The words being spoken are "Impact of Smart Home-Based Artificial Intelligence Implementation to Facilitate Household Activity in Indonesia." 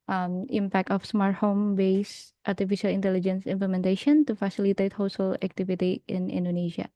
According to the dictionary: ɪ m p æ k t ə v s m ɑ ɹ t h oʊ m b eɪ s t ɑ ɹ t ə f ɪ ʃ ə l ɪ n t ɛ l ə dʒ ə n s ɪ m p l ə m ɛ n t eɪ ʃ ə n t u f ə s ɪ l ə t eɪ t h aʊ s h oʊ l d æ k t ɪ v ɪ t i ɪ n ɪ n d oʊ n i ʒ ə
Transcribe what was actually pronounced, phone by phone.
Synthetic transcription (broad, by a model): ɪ m p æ k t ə f s m ɑ ɹ t h oʊ m b eɪ s t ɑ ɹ t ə f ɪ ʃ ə l ɪ n t ɛ l ə dʒ ə n s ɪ m p l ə m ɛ n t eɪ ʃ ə n t u f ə s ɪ l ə t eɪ t h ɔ s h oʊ l æ k t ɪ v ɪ t i ɪ n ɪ n d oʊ n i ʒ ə